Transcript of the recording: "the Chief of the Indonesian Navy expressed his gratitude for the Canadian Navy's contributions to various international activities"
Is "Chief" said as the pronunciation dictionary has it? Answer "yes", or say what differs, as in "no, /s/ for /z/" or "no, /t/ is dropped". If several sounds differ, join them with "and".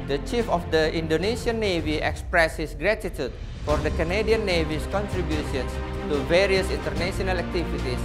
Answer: yes